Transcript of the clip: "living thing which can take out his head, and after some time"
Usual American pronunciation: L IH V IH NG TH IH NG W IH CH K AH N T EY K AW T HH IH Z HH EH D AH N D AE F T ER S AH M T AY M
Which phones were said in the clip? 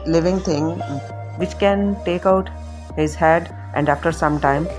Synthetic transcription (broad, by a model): L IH V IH NG T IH NG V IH CH K AH N T EY K AW T HH IH Z HH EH D AH N D AE F T ER S AH M T AY M